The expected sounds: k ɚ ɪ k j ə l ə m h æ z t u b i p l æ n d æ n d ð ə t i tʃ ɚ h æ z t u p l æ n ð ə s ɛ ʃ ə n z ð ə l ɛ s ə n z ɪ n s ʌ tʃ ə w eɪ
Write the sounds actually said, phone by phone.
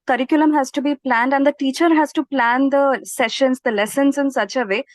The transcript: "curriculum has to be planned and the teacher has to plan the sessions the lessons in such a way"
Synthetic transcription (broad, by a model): k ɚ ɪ k j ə l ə m h æ z t u b i p l æ n d æ n d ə t i tʃ ɚ h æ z t u p l æ n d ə s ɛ ʃ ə n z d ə l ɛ s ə n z ɪ n s ʌ tʃ ə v eɪ